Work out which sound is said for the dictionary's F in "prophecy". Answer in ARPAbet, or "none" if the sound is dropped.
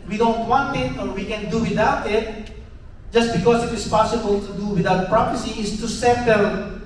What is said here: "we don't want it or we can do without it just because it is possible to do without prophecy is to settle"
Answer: P